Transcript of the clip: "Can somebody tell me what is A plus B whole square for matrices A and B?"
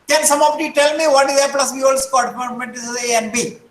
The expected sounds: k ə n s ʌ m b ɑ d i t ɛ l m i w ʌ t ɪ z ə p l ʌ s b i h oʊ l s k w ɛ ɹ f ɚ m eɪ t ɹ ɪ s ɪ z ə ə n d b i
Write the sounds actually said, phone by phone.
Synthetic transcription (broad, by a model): k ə n s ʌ m ɑ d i t ɛ l m i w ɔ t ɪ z ə p l ʌ s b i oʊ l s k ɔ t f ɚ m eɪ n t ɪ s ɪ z ə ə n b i